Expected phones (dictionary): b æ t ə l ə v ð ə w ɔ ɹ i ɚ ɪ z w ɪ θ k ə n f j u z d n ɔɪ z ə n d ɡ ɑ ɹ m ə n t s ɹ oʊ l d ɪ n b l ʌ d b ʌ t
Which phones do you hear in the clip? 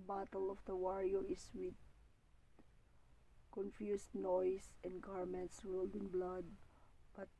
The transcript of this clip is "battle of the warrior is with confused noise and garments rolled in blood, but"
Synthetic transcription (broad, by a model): b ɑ t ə l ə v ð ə w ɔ ɹ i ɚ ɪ s w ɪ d k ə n f j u s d n ɔɪ s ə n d ɡ ɑ ɹ m ə n t s ɹ oʊ l d ɪ n b l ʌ d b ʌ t